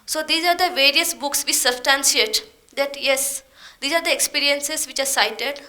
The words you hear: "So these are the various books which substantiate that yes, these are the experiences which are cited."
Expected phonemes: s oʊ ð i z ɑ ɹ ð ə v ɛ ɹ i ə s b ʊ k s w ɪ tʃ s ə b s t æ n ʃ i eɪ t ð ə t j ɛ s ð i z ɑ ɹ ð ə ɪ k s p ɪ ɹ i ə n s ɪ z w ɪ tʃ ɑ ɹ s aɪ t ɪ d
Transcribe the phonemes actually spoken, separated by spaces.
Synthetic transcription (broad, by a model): s oʊ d i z ɑ ɹ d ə v ɛ ɹ i ə s b ʊ k s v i s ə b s t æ n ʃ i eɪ t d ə t j ɛ s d i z ɑ ɹ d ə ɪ k s p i ɹ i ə n s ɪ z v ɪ tʃ ɑ ɹ s aɪ t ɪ d